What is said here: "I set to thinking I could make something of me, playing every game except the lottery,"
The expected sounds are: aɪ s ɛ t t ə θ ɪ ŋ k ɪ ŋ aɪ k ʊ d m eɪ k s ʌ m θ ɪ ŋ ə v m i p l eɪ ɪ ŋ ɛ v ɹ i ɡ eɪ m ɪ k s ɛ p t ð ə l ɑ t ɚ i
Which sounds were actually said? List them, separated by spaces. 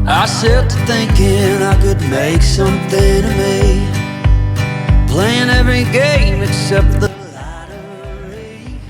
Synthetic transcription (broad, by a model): aɪ s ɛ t t ə θ ɪ ŋ k ɪ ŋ aɪ k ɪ d m eɪ k s ʌ m θ ɪ ŋ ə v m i p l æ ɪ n ɛ v ɹ i ɡ eɪ m ɪ k s ɛ p t ð ə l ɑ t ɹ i